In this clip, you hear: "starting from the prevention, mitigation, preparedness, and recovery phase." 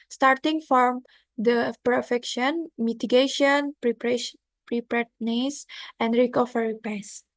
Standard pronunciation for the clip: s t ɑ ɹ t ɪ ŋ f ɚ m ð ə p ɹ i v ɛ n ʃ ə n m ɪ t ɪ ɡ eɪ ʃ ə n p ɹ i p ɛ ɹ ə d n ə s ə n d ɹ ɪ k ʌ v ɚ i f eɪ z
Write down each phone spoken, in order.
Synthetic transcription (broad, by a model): s t ɑ ɹ t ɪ ŋ f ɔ m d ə p i f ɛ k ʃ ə n m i t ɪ ɡ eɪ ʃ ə n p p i p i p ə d n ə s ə n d ɹ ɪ k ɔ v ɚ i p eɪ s